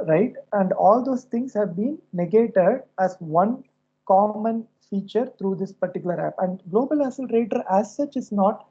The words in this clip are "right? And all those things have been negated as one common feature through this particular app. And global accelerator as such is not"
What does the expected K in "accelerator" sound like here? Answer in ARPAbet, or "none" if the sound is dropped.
none